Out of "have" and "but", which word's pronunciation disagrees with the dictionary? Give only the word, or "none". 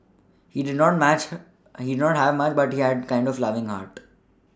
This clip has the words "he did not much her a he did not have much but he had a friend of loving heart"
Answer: none